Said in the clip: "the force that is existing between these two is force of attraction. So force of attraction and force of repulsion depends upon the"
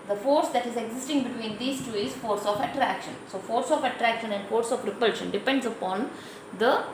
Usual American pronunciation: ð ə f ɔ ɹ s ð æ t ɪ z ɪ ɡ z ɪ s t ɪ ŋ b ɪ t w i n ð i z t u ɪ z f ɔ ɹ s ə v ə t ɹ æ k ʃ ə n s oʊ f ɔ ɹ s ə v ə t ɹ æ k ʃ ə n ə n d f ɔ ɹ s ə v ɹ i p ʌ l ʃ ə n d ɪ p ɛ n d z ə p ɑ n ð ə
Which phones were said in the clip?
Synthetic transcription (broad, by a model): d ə f ɔ ɹ s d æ t ɪ z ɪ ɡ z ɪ s t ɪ ŋ b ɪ t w i n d i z t u ɪ z f ɔ ɹ s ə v ə t ɹ æ k ʃ ə n s oʊ f ɔ ɹ s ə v ə t ɹ æ k ʃ ə n ə n d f ɔ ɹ s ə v ɹ i p ʌ l ʃ ə n d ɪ p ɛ n d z ə p ɑ n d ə